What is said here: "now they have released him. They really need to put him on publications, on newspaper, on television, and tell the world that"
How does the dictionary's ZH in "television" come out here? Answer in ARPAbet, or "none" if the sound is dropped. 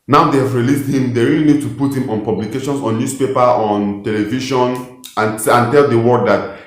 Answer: SH